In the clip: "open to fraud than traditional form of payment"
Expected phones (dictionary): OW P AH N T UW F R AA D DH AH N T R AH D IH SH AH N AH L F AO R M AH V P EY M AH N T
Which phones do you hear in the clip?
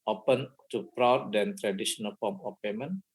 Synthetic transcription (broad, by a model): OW P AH N T UW P R AA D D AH N T R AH D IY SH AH N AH L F AO M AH F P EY M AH N